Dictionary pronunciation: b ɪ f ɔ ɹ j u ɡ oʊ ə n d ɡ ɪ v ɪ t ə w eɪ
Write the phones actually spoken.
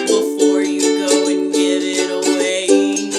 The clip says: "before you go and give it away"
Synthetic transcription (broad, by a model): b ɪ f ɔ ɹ j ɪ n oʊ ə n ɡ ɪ ɪ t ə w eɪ